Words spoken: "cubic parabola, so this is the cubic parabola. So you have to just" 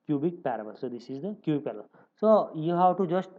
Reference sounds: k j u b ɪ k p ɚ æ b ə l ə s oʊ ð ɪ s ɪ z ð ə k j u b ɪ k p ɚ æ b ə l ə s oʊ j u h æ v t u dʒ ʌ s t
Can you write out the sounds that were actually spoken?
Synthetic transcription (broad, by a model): k j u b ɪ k p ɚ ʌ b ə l s oʊ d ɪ s ɪ z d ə k j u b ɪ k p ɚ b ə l s oʊ j u h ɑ w t u dʒ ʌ s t